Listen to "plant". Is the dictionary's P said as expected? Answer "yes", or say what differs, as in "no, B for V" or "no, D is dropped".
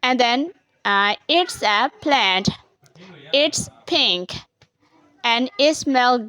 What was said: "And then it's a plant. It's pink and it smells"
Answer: yes